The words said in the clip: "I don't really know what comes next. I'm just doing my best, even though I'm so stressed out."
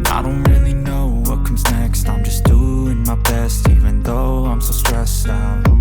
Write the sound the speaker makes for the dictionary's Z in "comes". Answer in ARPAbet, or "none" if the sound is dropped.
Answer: Z